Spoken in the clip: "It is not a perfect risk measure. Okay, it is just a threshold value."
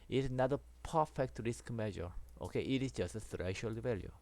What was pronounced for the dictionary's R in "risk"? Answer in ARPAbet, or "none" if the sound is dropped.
R